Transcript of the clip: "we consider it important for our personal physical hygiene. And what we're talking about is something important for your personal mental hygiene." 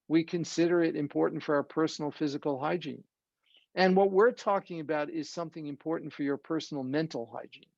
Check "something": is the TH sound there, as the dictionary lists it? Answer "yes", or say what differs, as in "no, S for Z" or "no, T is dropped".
yes